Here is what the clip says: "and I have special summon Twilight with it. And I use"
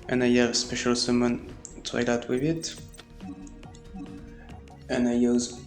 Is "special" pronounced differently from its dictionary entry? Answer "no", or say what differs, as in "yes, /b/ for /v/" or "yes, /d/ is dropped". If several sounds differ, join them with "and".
no